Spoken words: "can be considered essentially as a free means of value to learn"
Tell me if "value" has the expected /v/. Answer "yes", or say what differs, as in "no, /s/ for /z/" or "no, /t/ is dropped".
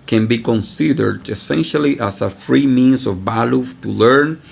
no, /b/ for /v/